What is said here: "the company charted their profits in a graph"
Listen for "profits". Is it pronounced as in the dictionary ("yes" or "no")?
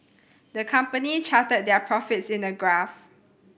yes